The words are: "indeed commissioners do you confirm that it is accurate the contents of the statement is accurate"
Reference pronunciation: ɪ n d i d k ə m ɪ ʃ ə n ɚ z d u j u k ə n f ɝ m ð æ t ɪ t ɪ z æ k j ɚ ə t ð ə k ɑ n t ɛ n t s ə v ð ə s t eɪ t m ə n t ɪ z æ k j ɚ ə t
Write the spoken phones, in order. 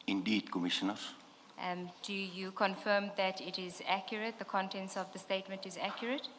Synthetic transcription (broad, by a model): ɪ n d i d k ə m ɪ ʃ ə n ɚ d u j u k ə n f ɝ m ð æ t ɪ t ɪ z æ k j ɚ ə t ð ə k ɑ n t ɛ n s ə v ð ə s t eɪ t m ə n t ɪ z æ k j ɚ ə t